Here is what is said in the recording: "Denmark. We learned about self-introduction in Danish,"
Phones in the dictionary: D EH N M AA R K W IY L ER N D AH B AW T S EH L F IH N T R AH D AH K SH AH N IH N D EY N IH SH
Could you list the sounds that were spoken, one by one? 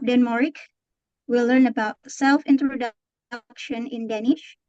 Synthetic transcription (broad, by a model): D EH N M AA R K W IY L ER N AH B AW T S EH L F IH N T R AH D AH K SH AH N IH N D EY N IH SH